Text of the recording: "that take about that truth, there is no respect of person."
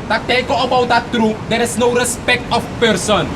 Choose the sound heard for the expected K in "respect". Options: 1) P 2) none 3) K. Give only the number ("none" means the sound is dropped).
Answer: 3